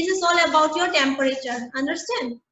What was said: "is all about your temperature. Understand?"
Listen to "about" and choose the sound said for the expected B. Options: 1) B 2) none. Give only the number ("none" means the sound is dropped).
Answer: 1